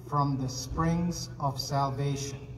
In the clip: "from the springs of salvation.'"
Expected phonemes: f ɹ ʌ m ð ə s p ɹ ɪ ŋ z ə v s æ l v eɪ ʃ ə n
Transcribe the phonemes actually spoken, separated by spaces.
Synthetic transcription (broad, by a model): f ɹ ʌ m ð ə s p ɹ ɪ ŋ z ə v s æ l v eɪ ʃ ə n